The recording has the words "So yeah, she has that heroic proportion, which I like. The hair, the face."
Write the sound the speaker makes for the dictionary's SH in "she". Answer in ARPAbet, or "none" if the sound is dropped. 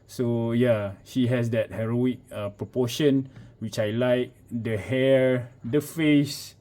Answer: SH